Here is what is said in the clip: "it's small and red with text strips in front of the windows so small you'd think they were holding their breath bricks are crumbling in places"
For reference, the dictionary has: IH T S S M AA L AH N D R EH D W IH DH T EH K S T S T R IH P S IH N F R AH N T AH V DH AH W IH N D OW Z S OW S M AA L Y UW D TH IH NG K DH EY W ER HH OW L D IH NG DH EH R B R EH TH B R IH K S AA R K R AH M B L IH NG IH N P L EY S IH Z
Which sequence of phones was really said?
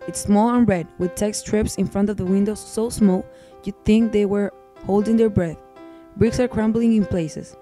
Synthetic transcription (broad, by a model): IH T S S M AA L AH N R EH D W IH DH T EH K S S T R IH P S IH N F R AH N T AH V DH AH W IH N D OW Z S OW S M AA L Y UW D TH IH NG K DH EY W ER HH OW L D IH NG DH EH R B R EH TH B R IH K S AA R K R AH M B L IH NG IH N P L EY S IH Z